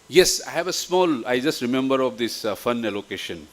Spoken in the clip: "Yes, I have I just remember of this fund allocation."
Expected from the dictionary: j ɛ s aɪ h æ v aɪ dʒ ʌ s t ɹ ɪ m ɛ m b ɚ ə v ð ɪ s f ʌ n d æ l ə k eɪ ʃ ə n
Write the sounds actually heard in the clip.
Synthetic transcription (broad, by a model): j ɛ s aɪ h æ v aɪ dʒ ʌ s t ɹ ɪ m ɛ m b ɚ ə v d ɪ s f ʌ n ɛ l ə k eɪ ʃ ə n